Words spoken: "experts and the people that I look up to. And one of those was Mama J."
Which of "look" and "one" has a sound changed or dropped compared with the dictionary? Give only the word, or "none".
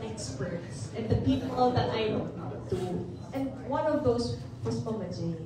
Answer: look